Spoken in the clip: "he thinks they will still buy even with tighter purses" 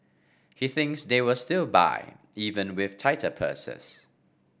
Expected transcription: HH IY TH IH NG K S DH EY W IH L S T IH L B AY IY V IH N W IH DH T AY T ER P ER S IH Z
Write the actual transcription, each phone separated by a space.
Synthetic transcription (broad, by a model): HH IY TH IH NG K S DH EY W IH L S T IH L B AY IY V IH N W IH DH T AY T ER P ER S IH S